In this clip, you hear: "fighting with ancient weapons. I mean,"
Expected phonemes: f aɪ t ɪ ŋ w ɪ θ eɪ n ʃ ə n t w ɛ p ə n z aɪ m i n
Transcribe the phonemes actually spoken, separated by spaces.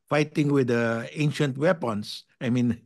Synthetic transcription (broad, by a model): f aɪ t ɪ ŋ w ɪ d eɪ n ʃ ə n t w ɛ p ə n s aɪ m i n